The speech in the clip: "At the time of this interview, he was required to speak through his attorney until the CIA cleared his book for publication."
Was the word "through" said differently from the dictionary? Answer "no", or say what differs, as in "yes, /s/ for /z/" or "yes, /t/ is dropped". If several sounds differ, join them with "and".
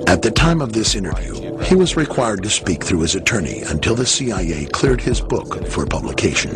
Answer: no